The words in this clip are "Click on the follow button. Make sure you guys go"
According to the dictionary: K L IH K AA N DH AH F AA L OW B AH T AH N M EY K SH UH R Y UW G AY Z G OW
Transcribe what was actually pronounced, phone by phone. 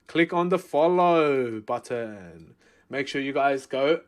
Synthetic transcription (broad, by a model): K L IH K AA N DH AH F AA L OW B AH T AH N M EY K SH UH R Y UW G AY Z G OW